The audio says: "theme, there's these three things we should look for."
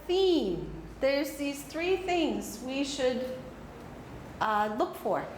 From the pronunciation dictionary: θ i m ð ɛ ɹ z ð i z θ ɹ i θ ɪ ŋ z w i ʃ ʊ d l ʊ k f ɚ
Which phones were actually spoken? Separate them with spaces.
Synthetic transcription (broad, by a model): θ i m ð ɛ ɹ z ð i z θ ɹ i θ ɪ ŋ z w i ʃ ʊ d l ʊ k f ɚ